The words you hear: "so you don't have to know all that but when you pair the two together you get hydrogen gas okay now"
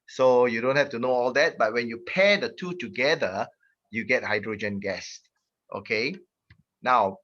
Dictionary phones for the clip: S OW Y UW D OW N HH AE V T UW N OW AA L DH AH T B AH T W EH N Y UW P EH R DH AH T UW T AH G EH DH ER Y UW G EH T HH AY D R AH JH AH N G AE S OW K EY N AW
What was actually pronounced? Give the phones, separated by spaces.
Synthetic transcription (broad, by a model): S OW Y UW D OW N HH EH F T UW N OW AA L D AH T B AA T W EH N Y UW P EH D AH T UW T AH G EH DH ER Y UW G EH T HH AY D R AH JH AH N G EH S OW K EY N AW